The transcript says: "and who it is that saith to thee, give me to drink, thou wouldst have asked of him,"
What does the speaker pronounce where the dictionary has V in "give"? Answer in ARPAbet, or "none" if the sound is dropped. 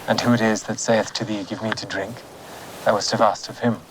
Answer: V